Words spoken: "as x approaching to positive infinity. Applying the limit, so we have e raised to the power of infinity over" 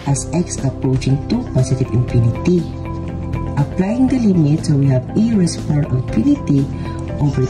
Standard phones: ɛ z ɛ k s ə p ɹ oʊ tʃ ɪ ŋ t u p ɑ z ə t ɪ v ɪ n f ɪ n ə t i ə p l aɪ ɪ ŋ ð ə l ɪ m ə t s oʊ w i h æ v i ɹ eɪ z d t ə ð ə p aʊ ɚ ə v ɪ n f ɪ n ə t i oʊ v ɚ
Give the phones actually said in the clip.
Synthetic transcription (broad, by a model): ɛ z ɛ k s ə p ɹ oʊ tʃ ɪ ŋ t u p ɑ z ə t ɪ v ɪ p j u n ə t i ə p l aɪ ɪ ŋ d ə l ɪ m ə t s oʊ w i h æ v i ɹ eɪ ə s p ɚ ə p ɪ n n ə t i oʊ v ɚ